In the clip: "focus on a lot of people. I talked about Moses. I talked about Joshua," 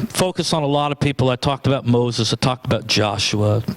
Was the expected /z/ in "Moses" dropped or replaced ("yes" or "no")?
no